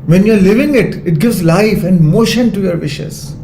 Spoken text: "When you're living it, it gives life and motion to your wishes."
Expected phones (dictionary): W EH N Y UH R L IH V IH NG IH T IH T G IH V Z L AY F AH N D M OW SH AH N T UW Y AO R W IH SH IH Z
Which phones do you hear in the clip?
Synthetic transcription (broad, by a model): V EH N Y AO R L IH V IH NG IH T IH T G IH V Z L AY F AH N D M OW SH AH N T UW Y AO R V IH SH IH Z